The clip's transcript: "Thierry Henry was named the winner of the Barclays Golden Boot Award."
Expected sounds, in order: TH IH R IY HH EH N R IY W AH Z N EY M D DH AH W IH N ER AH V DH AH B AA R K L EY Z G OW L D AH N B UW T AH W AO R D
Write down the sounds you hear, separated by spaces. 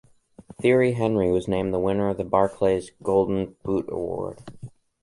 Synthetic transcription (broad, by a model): TH IH R IY HH EH N R IY W AH Z N EY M DH AH W IH N ER AH V DH AH B AA R K L EY Z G OW L D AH N B UW T AH W AO R D